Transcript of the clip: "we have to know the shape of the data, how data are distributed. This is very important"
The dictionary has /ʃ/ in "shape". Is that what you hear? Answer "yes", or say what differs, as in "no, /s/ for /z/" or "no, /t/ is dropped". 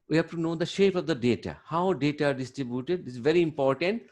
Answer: yes